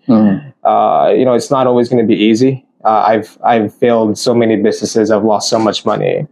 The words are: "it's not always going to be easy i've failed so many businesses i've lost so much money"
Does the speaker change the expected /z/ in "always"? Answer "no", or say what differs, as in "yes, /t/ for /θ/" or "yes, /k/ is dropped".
no